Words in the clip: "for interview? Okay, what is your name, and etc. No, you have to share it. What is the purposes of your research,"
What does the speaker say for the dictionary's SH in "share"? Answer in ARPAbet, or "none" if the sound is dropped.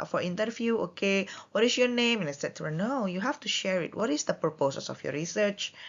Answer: SH